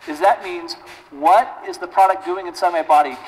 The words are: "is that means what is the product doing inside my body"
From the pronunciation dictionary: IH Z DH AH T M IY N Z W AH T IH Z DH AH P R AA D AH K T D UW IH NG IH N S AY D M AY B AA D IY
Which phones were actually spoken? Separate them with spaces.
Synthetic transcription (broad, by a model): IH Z DH AH T M IY N Z W AH T IH Z DH AH P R AA D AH K D UW IH NG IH N S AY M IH B AA D IY